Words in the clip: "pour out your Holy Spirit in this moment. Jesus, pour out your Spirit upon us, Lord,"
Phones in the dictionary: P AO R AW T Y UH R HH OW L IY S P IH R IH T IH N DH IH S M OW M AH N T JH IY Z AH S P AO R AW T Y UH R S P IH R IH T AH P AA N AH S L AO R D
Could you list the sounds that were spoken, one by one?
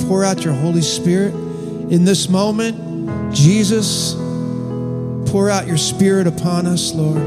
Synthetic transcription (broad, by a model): P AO R AW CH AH R HH OW L IY S P IH R IH T IH N DH IH S M OW M AH N T JH IY Z AH S P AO R AW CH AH R S P IH R IH T AH P AA N AH S L AO R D